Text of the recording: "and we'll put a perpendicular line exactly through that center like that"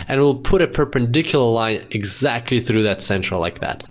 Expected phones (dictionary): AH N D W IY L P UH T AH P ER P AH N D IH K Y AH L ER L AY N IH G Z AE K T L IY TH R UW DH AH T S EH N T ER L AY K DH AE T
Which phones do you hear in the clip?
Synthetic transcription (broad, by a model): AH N W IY L P UH T AH P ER P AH N D IH K Y L ER L AY N IH G Z AE K T L IY TH R UW DH AH T S EH N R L L AY K DH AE T